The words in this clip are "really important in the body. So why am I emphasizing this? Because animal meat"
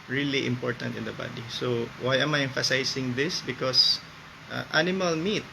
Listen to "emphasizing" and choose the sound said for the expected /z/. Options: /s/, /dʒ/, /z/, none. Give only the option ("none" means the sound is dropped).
/s/